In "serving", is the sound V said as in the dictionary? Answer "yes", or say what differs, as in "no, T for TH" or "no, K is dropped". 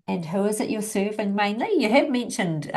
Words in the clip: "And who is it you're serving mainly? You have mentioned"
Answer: yes